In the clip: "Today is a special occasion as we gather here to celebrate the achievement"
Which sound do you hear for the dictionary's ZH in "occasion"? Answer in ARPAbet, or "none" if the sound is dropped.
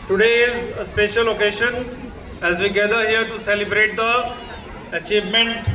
SH